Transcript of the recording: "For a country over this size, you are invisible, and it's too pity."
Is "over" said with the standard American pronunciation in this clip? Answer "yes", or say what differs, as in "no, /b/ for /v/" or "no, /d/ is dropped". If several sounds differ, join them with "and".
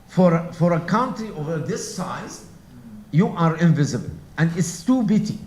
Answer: yes